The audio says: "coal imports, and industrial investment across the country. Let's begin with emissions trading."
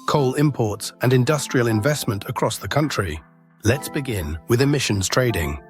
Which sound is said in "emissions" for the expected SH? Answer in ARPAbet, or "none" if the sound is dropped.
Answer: SH